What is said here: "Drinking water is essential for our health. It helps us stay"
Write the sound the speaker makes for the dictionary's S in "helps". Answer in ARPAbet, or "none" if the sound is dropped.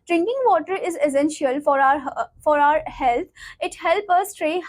none